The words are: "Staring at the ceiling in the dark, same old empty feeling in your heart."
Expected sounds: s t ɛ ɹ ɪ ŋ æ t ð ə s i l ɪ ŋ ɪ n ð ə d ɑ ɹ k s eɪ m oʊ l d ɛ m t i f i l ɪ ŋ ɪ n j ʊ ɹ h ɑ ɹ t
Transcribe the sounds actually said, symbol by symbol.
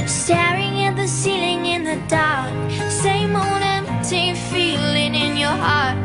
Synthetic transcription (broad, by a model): s t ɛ ɹ ɪ ŋ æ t ð ə s i l ɪ ŋ ɪ n ð ə d ɑ ɹ k s eɪ m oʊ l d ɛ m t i f i l ɪ ŋ ɪ n j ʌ ɹ h ɑ ɹ t